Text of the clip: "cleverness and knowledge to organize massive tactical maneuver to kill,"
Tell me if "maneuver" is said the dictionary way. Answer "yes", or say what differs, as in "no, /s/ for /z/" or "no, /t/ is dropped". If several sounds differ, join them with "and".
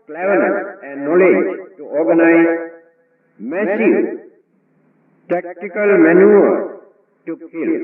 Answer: no, /v/ is dropped